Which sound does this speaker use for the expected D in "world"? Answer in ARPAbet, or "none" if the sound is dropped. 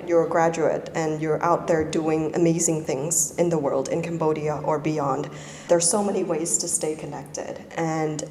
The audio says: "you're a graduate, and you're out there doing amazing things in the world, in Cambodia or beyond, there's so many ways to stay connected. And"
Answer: D